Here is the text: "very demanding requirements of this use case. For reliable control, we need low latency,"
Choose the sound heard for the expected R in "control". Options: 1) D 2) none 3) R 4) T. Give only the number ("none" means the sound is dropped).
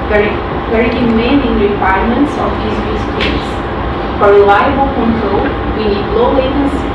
3